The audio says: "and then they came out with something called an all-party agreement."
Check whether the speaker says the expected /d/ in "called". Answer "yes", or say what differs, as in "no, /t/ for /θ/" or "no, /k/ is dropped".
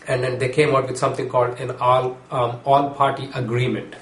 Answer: yes